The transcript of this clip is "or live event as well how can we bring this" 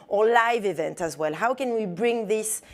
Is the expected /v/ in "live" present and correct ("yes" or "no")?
yes